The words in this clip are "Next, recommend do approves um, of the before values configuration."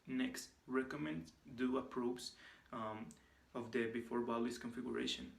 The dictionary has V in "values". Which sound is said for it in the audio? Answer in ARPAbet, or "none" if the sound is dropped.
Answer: B